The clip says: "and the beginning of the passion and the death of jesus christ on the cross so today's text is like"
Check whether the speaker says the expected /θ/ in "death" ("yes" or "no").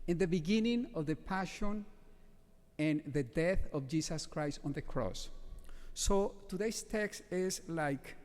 yes